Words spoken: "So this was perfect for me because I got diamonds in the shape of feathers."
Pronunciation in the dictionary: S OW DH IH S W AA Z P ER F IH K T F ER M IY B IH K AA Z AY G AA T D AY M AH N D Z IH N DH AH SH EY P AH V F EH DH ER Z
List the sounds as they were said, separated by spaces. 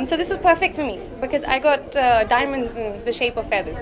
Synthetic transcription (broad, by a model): S OW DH IH S W AA Z P ER F IH K T F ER M IY B IH K AA Z AY G AA T D AY M AH N D Z IH N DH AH SH EY P AH V F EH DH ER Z